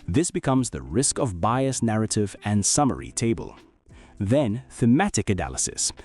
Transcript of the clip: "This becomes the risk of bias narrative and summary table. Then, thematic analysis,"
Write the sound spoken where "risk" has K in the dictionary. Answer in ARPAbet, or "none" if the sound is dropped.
K